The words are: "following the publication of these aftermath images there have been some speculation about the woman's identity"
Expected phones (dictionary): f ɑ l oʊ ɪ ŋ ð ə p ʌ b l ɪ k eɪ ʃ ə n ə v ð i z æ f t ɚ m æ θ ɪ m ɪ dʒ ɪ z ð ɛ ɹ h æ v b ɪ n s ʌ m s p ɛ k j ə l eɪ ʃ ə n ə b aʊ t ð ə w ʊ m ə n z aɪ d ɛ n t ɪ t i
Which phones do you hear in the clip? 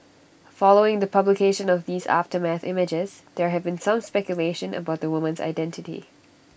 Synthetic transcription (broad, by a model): f ɑ l oʊ ɪ ŋ ð ə p ʌ b l ɪ k eɪ ʃ ə n ə v ð i z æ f t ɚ m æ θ ɪ m ɪ dʒ ɪ z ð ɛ ɹ h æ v b ɪ n s ʌ m s p ɛ k j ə l eɪ ʃ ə n ə b aʊ t ð ə w ʊ m ə n z aɪ d ɛ n t ɪ t i